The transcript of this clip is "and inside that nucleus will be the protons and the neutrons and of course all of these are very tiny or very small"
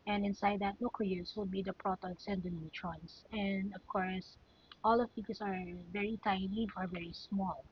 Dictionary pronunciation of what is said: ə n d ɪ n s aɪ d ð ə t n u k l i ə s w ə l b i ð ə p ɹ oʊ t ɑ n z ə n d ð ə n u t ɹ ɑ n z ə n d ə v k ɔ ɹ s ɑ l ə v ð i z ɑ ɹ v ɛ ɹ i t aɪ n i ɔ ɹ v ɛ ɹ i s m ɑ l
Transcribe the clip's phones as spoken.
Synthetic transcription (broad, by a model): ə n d ɪ n s aɪ d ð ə t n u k i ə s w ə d b i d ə p ɹ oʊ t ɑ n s ə n d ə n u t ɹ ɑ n s ə n d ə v k ɔ ɹ s ɑ l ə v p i s ɑ ɹ v ɛ ɹ i t aɪ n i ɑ ɹ v ɛ ɹ i s m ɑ l